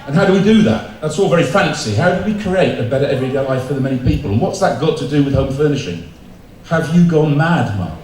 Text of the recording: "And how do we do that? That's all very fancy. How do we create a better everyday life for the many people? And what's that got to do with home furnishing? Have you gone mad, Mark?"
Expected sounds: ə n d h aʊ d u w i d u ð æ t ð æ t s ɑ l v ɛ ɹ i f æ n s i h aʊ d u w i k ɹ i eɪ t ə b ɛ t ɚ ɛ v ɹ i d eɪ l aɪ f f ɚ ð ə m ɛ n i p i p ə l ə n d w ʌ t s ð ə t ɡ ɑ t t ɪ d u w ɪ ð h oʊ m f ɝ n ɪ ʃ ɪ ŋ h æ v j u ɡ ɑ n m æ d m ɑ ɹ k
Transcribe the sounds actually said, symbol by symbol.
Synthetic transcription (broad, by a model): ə n h aʊ d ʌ w i d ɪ ð æ t ð æ t s ɑ l v ɛ ɹ i f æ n s i h aʊ d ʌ w i k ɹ i eɪ t ə b ɛ t ɚ ɛ v ɹ i d eɪ l aɪ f f ɚ ð ə m ɛ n i p i p ə l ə n w ʌ t s ð ə t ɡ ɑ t t ɪ d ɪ w ɪ ð h oʊ m f ɝ n ɪ ʃ ɪ ŋ h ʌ v j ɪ ɡ ɑ n m æ d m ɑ